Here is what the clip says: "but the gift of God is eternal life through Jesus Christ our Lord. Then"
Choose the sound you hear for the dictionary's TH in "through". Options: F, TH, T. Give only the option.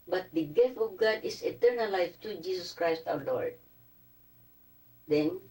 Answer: T